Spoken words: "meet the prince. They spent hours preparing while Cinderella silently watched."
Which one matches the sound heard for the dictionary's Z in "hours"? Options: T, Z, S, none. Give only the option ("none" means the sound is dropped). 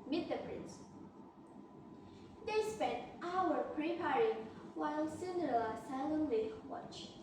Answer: none